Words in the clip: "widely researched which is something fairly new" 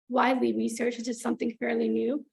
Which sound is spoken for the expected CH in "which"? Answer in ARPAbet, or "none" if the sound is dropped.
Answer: none